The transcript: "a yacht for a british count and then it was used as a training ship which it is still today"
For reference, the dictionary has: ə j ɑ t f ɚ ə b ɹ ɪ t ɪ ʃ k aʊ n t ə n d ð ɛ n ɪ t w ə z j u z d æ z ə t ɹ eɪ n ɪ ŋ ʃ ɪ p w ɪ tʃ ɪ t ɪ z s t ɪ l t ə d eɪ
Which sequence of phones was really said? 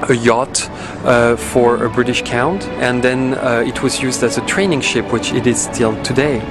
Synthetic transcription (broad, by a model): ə j ɑ t f ɚ ə b ɹ ɪ t ɪ ʃ k aʊ n t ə n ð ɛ n ɪ t w ə z j u z d æ z ə t ɹ eɪ n ɪ ŋ ʃ ɪ p w ɪ tʃ ɪ t ɪ z s t ɪ l t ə d eɪ